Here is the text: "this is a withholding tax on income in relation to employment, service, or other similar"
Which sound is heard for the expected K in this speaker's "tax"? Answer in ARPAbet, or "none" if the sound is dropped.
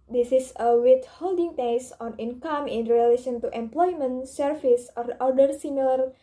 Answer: none